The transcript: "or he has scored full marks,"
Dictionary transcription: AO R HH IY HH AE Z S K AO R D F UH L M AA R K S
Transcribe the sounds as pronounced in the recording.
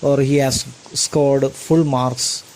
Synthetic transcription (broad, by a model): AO R HH IY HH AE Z S K AO R D F UH L M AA R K S